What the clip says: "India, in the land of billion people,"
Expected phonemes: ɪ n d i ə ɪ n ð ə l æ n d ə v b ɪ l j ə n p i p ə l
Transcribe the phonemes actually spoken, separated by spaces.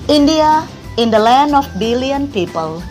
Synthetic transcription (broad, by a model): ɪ n d i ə ɪ n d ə l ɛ n ə f b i l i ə n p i p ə l